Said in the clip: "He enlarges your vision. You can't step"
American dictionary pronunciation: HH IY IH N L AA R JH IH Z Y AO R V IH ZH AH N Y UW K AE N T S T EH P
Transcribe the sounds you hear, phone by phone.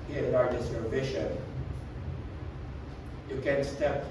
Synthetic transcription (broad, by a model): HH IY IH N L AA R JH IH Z Y AO R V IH SH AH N Y UW K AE N S T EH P